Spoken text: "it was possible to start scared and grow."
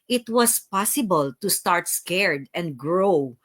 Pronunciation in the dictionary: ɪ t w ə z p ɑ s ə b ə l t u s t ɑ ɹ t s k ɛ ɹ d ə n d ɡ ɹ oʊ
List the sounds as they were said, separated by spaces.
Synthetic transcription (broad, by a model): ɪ t w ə s p ɑ s ə b ə l t u s t ɑ ɹ t s k ɛ ɹ d ə n d ɡ ɹ oʊ